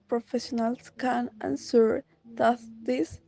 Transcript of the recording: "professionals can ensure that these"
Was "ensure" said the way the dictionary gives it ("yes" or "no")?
no